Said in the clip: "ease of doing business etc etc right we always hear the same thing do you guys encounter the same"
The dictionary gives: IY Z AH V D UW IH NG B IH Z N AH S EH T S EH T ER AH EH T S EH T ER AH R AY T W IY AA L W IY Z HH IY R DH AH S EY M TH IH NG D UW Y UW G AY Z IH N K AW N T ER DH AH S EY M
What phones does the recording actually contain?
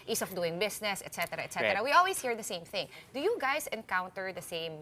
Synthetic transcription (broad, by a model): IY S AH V D UW IH NG B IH S N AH S EH T S EH T ER AH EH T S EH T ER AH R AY W IY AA L W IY S HH IY R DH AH S EY M TH IH NG D UW Y UW G AY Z IH N K AW N T ER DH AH S EY M